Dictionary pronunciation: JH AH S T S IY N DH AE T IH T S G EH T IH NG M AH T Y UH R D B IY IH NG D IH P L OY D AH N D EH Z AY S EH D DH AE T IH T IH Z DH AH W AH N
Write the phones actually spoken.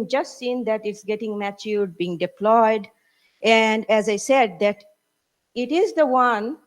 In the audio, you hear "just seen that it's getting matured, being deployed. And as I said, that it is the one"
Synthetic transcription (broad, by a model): JH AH S T S IY N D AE T IH T S G EH T IH NG M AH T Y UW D B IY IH NG D IH P L OY D AH N D EH Z AY S EH D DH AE T IH T IH Z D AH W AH N